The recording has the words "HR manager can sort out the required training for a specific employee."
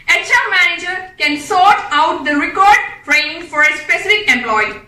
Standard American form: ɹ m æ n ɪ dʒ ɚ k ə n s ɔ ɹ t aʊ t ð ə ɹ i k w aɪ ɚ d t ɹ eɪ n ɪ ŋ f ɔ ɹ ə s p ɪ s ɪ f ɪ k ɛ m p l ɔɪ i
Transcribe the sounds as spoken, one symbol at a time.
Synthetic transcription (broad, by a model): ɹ m æ n ɪ dʒ ɚ k ə n s ɔ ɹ t aʊ t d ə ɹ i k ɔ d d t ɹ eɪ ɪ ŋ f ɔ ɹ ə s p ɪ s ɪ f ɪ k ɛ m p l ɔɪ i